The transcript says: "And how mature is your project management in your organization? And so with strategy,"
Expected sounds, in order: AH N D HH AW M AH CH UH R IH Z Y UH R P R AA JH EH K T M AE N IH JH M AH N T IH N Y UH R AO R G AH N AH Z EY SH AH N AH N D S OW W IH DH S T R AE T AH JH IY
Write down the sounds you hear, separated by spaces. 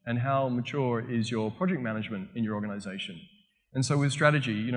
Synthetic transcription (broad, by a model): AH N HH AW M AH CH UH R IH Z Y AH R P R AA JH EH K M AE N IH JH M AH N T IH N Y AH R AO R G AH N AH Z EY SH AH N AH N S OW W IH DH S T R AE T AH JH IY